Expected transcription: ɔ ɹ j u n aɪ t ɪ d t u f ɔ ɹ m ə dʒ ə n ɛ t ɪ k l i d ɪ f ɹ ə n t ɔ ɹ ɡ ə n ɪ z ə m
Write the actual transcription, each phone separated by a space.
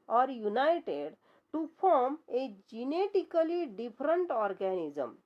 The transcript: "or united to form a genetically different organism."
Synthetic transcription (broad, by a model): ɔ ɹ j u n aɪ t ɪ d t u p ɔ ɹ m ə dʒ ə n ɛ t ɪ k l i d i p ɹ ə n t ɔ ɹ ɡ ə n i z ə m